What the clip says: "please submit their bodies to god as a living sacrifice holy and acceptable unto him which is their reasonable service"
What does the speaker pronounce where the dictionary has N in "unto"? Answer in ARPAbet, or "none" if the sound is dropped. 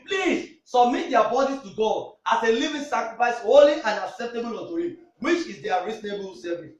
none